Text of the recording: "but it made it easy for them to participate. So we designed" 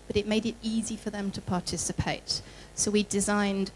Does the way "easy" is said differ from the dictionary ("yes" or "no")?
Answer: no